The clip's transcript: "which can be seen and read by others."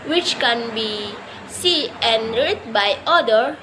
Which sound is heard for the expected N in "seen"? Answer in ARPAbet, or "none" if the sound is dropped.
none